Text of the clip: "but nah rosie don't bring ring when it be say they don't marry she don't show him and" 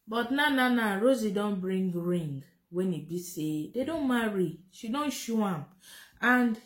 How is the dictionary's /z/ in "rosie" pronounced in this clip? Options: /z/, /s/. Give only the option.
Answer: /z/